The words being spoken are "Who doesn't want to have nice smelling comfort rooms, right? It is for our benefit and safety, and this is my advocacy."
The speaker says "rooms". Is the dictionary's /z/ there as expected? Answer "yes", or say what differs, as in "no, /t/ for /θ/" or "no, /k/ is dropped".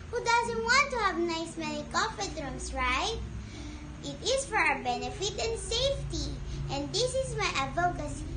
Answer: no, /s/ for /z/